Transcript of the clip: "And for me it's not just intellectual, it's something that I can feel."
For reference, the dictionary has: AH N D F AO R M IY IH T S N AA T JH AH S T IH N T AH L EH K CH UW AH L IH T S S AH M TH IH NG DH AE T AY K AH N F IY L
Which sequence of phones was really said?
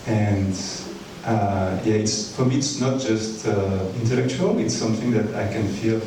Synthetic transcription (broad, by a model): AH N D F AO R M IY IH T S N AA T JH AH S T IH N T AH L EH K CH UW AH L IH T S S AH M TH IH NG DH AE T AY K AH N F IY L